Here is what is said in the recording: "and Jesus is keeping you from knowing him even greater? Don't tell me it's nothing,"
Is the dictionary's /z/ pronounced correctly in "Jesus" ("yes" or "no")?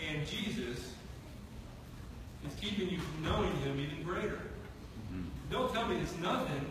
yes